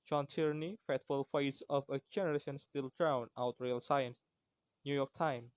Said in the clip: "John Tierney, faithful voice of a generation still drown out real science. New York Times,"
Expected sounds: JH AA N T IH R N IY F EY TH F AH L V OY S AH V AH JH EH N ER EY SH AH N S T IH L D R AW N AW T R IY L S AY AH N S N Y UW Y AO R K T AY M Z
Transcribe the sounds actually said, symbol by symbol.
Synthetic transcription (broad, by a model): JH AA N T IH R N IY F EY T F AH L F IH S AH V AH JH EH N ER EY SH AH N S T IH L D R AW N AW T R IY L S AY AH N S N Y UW Y AO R K T AY M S